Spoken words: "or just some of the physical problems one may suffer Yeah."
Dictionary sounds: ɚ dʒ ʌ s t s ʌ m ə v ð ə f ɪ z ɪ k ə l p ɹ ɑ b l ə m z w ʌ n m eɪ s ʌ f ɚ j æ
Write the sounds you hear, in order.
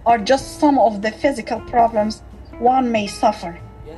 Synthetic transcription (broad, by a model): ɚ dʒ ʌ s t s ʌ m ə v ð ə f ɪ z ɪ k ə l p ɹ ɑ b l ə m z w ʌ n m eɪ s ʌ f ɚ